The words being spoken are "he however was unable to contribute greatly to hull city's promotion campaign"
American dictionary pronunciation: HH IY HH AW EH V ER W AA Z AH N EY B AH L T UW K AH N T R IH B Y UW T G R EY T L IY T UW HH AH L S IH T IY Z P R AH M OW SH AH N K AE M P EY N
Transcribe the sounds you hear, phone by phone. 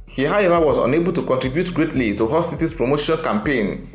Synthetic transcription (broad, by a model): HH IY HH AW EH V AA W AA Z AH N EY B AH L T UW K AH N T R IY B Y UW T G R EY T L IY T UW HH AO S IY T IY S P R AH M OW SH AH N K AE M P EY N